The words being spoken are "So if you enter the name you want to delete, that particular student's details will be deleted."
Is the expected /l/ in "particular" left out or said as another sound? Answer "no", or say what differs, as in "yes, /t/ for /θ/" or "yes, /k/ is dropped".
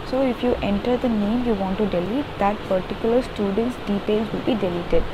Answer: no